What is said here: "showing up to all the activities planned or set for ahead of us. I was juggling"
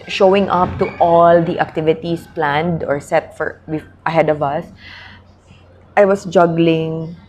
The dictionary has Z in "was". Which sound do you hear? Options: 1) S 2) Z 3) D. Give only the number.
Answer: 1